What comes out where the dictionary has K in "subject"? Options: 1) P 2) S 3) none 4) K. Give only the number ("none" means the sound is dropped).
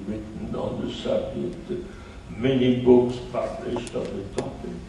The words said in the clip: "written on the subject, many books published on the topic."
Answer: 3